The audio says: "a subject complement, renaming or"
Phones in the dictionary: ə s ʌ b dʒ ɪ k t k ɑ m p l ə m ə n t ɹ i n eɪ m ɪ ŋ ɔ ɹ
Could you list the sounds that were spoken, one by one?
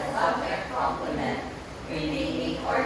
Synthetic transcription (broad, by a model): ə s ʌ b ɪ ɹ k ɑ m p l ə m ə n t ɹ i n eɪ ɪ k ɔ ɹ